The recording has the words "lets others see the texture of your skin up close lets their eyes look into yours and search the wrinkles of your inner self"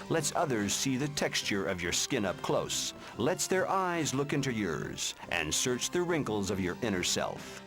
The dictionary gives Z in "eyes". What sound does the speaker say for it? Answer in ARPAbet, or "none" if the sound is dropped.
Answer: Z